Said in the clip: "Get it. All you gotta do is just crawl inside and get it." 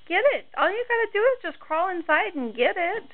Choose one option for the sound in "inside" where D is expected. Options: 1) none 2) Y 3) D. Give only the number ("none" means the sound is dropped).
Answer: 3